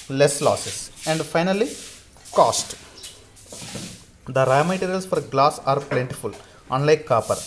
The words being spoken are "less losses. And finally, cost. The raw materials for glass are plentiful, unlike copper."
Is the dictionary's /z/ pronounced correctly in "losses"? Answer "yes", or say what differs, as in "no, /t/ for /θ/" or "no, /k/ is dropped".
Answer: no, /s/ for /z/